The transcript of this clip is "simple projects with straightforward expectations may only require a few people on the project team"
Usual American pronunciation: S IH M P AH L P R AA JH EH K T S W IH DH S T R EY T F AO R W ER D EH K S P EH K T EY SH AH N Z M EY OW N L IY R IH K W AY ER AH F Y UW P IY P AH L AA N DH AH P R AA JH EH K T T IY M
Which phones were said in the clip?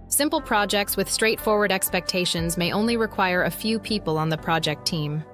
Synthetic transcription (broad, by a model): S IH M P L P R AA JH EH K T S W IH DH S T R EY T F AO R W ER D EH K S P EH K T EY SH AH N Z M EY OW N L IY R IH K W AY ER AH F Y UW P IY P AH L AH N DH AH P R AA JH EH K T T IY M